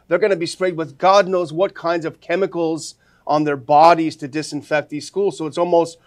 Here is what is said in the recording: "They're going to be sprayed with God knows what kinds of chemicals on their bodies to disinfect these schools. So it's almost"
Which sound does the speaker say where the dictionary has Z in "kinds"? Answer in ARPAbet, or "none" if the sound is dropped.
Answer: Z